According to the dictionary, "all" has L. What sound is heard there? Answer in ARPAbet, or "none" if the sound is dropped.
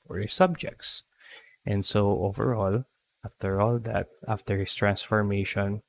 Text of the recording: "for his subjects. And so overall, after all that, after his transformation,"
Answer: L